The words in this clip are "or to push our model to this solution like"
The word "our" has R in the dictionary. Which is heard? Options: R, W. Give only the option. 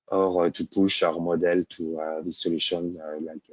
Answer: R